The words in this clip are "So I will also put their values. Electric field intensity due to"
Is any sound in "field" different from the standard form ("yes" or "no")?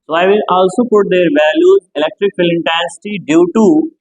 yes